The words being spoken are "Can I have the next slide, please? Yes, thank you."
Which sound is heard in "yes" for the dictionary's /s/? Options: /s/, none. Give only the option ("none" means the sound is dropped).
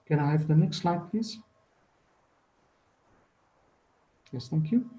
/s/